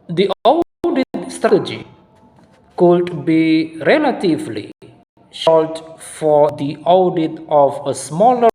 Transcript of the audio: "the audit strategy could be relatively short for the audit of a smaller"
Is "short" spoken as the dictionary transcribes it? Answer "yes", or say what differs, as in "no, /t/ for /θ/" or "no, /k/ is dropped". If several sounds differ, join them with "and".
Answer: no, /l/ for /ɹ/